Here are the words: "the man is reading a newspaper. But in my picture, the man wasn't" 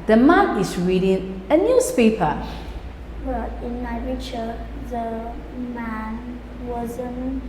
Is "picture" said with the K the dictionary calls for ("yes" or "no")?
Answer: no